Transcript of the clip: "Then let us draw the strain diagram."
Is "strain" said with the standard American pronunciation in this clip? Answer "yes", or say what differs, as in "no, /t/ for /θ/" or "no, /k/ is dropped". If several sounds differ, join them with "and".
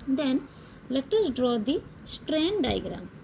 yes